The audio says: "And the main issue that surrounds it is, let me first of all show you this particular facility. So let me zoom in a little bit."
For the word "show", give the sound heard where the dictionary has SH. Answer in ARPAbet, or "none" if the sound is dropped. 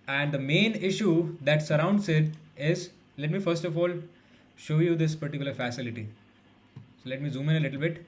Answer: SH